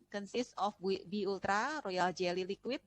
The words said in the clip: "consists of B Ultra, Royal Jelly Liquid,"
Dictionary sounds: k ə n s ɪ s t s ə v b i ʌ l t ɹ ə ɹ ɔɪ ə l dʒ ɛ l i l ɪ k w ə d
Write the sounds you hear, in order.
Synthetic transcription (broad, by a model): k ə n s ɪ s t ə b b i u l t ɹ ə ɹ ɔɪ ə l dʒ ɛ l i l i k w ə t